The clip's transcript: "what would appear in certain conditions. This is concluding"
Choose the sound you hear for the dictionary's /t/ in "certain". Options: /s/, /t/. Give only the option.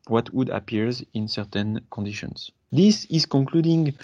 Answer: /t/